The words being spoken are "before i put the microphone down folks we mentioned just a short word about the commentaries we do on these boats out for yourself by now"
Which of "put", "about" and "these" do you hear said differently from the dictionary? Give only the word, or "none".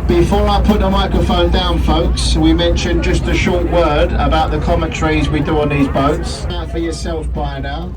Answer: none